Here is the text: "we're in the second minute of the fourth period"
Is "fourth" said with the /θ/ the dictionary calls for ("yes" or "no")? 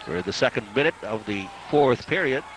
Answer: yes